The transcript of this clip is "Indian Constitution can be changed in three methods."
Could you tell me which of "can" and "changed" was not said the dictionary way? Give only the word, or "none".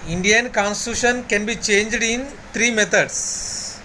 none